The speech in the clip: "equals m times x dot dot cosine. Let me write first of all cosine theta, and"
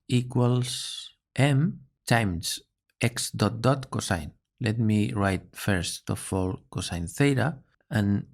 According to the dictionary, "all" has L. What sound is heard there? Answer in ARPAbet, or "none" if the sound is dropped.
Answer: L